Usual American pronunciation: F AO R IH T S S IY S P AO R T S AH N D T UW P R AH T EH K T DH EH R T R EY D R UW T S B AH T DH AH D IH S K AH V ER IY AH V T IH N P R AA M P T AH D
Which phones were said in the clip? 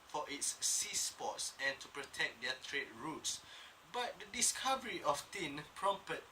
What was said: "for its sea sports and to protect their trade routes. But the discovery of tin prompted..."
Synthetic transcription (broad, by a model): F AO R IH T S S IY S P AO T S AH N T UW P R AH T EH K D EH T R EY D R UW T S B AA T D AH D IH S K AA V ER IY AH F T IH N P R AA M P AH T